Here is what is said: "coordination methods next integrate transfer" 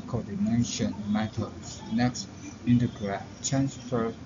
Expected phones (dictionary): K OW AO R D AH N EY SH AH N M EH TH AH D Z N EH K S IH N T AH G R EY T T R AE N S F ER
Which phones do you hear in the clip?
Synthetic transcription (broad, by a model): K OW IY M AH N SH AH N M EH T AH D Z N EH K S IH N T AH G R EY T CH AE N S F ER